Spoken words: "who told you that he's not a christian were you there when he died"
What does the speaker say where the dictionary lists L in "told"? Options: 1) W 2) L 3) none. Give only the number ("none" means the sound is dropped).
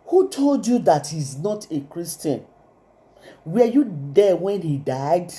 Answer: 2